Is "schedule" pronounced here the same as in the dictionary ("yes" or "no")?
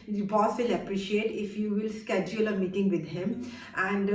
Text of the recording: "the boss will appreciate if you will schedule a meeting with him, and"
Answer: yes